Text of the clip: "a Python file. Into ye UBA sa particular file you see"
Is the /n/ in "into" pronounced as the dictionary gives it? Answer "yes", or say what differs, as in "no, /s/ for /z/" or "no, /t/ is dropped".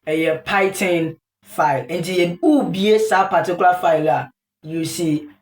yes